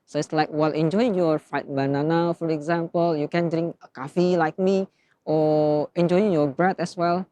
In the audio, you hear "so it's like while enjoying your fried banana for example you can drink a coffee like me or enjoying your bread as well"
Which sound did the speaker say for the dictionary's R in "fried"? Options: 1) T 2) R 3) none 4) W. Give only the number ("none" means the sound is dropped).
3